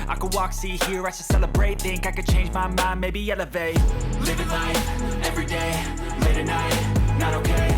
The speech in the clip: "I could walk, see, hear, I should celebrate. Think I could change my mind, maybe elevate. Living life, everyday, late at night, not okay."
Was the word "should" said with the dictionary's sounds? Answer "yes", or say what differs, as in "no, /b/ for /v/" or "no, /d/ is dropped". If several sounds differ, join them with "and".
no, /s/ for /ʃ/